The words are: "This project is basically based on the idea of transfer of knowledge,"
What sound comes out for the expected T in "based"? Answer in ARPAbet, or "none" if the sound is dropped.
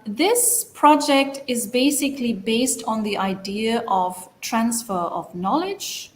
T